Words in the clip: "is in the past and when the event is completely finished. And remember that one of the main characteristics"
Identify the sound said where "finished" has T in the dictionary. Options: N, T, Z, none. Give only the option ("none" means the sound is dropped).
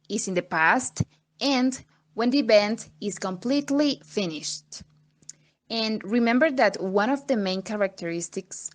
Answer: T